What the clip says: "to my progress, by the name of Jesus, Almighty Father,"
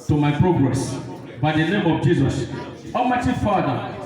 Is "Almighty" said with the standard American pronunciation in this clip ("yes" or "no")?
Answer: no